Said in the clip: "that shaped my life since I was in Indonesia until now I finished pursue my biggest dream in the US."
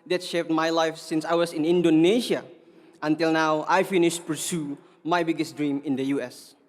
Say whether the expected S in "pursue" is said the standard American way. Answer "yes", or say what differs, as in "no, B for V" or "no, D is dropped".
yes